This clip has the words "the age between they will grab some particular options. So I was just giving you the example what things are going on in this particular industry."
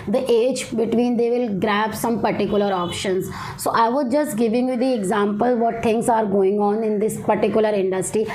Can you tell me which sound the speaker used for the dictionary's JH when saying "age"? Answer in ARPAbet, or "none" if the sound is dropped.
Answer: JH